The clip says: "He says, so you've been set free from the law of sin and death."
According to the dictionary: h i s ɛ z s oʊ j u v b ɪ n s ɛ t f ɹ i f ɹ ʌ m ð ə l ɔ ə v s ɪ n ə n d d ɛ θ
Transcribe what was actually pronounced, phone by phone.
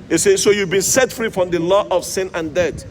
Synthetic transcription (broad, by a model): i s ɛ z s oʊ j u v b ɪ n s ɛ t f ɹ i f ɹ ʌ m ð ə l ɔ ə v s ɪ n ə n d d ɛ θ